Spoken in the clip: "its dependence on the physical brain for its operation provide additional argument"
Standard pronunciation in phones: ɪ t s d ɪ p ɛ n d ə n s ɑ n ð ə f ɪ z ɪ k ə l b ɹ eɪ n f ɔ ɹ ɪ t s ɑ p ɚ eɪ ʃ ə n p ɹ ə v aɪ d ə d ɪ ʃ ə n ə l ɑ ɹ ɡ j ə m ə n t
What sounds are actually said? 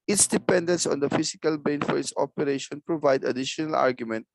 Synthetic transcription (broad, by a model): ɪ t s d ɪ p ɛ n d ə n s ɑ n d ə f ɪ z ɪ k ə l b eɪ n f ɔ ɹ ɪ t s ɑ p ɚ eɪ ʃ ə n p ɹ ə v aɪ d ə d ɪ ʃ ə n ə l ɑ ɹ ɡ j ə m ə n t